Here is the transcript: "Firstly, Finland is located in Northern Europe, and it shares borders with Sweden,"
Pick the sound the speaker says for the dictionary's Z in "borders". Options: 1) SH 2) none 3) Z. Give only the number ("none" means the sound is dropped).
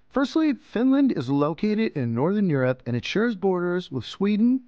3